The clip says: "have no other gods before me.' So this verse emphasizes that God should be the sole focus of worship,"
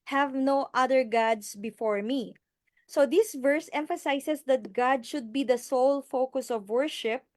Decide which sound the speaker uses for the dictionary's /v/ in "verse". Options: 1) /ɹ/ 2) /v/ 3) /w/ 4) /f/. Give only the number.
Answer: 2